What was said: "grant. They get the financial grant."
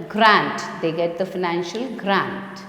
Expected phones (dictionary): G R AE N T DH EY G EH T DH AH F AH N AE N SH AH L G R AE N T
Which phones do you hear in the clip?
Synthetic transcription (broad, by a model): G R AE N T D EY G EH T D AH F AH N AE N SH AH L G R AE N T